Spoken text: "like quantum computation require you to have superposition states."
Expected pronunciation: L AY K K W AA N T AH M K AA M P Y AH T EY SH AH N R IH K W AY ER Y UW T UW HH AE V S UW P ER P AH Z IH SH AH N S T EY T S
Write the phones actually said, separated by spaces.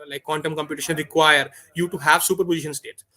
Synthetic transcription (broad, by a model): L AY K K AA N T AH M K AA M P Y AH T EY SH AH N R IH K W AY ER Y UW T UW HH AE V S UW P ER P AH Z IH SH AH N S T EY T